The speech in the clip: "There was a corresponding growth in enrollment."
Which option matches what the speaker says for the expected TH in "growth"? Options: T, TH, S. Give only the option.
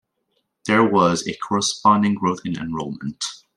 TH